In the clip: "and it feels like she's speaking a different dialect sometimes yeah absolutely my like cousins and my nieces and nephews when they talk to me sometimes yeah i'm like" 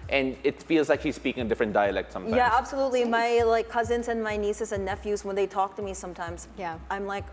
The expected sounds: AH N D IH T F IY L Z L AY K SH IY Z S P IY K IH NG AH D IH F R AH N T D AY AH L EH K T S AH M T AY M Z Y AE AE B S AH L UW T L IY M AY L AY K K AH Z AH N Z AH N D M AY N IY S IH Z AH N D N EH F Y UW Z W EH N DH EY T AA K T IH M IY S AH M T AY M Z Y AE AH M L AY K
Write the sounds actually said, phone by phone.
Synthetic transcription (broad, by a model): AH N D IH T F IY L Z L AY K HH IY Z S P IY K IH NG AH D IH F R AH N D AY AH L EH K T S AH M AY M Y AE AE B S AH L UW T L IY M AY L AY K K AH Z AH N Z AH N M AY N IY S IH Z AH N N EH F Y UW Z W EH N DH EY T AA K T IH M IY S AH M T AY M Z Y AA AH M L AY K